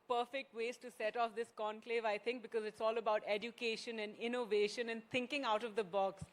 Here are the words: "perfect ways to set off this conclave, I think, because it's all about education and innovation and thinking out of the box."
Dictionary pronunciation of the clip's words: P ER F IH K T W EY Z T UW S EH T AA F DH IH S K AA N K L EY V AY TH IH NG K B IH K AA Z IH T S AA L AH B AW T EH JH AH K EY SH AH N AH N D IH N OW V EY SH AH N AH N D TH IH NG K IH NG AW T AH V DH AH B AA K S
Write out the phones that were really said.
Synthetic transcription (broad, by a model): P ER F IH K T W EY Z T UW S EH T AA F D IH S K AA N K L EY V AY T IH NG K B IH K AA Z IH T S AA L AH B AW T EH JH AH K EY SH AH N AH N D IH N OW V EY SH AH N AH N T IH NG K IH NG AW T AH V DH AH B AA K S